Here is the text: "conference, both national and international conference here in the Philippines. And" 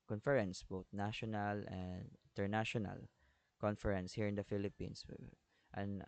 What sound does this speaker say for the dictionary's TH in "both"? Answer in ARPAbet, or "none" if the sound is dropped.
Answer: T